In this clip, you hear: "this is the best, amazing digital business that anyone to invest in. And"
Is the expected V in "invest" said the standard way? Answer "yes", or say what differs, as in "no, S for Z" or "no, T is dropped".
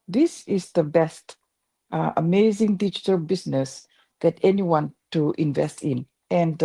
yes